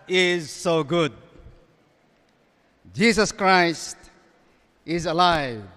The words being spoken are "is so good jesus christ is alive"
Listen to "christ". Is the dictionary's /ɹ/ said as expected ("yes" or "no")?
yes